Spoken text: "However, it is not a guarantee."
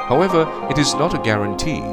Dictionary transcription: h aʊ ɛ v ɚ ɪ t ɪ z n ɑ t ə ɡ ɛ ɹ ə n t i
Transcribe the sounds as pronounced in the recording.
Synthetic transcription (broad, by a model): h aʊ ɛ v ɚ ɪ t ɪ z n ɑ t ə ɡ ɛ ɹ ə n t i